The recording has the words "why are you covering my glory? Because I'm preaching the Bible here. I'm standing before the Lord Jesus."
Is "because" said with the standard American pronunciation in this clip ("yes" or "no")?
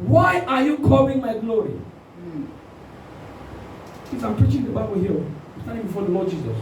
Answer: no